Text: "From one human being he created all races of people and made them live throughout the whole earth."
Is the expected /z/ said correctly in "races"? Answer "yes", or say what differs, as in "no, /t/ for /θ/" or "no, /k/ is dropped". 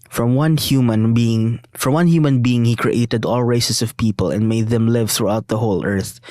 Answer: no, /s/ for /z/